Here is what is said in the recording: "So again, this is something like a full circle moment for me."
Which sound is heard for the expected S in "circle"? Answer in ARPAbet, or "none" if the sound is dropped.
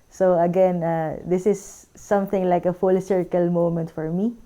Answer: S